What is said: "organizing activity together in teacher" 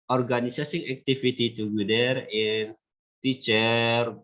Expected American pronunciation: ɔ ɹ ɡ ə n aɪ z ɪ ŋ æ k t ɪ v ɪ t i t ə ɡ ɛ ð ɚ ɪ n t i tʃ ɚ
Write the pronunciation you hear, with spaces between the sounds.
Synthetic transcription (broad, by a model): ɔ ɹ ɡ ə n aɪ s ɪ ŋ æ k t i f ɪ t i t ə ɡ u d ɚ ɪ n t i tʃ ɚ